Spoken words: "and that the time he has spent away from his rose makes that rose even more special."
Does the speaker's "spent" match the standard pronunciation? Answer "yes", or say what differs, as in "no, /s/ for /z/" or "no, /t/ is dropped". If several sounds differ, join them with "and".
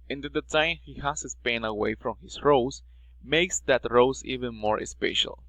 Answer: no, /t/ is dropped